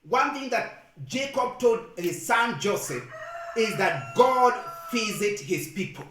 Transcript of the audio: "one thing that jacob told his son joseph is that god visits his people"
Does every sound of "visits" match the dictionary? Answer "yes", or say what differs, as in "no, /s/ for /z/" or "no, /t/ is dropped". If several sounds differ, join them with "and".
no, /f/ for /v/ and /s/ is dropped